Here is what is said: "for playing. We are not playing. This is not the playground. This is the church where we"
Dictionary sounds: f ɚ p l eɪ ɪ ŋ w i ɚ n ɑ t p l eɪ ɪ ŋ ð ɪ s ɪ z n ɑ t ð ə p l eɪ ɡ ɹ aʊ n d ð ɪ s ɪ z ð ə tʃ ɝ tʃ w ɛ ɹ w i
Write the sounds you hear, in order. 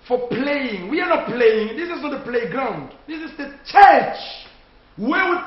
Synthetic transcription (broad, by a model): f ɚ p l eɪ ɪ ŋ w i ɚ n ɑ t p l eɪ ɪ ŋ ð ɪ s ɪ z n ɑ t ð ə p l eɪ ɡ ɹ aʊ n d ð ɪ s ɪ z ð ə tʃ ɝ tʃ w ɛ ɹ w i